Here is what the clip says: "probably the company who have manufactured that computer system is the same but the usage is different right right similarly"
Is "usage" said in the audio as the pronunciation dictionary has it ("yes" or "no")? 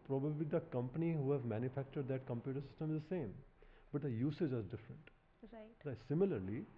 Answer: yes